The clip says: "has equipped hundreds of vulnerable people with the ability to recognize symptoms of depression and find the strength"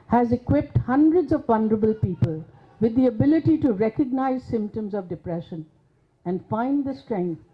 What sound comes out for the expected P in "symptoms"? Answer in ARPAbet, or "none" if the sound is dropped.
P